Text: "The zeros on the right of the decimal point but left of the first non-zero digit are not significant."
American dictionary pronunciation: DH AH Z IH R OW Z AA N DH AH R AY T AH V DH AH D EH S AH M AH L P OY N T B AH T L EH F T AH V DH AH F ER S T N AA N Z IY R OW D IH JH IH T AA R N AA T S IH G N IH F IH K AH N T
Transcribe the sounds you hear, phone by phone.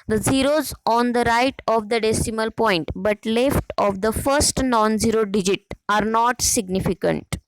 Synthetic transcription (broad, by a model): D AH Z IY R OW Z AA N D AH R AY T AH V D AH D EH S AH M AH L P OY N T B AH T L EH F T AH V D AH F ER S T N AA N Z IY R OW D IH JH IH T AA R N AA T S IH G N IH F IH K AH N T